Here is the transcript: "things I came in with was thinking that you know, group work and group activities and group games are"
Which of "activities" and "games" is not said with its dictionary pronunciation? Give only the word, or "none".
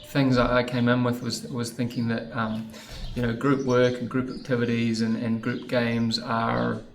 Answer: none